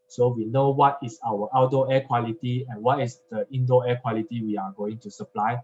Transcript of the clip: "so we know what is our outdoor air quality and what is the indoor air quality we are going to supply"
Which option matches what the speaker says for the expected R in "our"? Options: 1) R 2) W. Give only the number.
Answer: 2